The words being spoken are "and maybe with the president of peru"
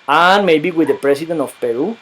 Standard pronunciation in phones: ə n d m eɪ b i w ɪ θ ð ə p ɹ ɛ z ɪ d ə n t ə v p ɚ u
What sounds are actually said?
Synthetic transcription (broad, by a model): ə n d m eɪ b i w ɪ ð ə p ɹ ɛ s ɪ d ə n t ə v p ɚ u